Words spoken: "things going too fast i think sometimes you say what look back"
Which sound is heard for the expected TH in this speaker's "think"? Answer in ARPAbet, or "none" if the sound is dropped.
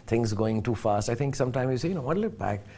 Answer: T